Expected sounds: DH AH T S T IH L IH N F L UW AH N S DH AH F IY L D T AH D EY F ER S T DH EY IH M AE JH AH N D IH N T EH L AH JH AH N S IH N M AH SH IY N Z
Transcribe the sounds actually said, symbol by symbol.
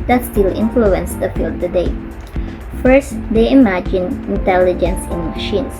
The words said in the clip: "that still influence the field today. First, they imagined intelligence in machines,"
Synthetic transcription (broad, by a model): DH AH T S T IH L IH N F L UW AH N S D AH F IY L D T AH D EY F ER S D EY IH M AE JH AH N IH N T EH L AH JH AH N S IH N M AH SH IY N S